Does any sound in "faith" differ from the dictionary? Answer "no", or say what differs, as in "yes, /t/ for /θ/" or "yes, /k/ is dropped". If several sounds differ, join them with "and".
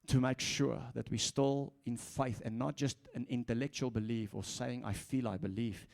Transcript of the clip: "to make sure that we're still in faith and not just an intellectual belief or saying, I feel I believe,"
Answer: no